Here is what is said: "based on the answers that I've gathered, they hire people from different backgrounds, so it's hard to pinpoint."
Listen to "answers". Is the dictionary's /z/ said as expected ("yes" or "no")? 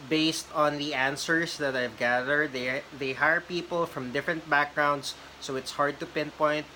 no